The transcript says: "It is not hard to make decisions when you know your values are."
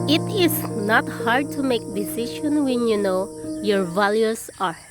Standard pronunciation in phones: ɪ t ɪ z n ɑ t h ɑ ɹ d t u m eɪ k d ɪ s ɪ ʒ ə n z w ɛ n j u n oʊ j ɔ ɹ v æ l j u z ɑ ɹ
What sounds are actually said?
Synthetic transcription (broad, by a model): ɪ t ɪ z n ɑ t h ɑ ɹ d t u m eɪ k d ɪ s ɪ ʃ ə n w ɛ n j u n oʊ j ɔ ɹ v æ l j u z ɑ ɹ